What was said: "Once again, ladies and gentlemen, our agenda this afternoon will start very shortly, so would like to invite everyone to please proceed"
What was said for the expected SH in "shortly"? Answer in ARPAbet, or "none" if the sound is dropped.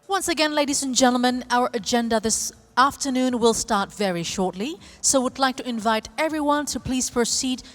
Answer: SH